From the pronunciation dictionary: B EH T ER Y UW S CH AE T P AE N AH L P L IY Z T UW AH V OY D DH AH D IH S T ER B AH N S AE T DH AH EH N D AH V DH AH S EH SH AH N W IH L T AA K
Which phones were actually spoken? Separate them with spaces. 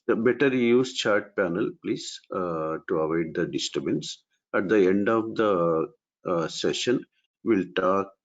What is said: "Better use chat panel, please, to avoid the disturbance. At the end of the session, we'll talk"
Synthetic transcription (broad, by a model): B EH T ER Y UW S CH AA T P AE N AH L P L IY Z T UW AH V OY D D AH D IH S T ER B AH N S AE T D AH EH N D AH V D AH S EH SH AH N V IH L T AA K